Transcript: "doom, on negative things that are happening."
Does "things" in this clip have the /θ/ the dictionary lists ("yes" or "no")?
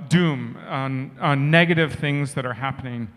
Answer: yes